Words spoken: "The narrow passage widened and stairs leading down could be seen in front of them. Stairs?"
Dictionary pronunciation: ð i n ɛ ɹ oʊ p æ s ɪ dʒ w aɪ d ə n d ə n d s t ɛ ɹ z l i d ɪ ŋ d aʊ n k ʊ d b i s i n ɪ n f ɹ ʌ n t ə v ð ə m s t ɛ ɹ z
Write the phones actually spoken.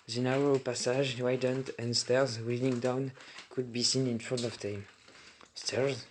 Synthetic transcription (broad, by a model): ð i n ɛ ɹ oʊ p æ s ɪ ʒ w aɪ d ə n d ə n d s t ɛ ɹ z w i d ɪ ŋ d aʊ n k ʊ d b i s i n ɪ n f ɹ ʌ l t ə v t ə m s t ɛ ɹ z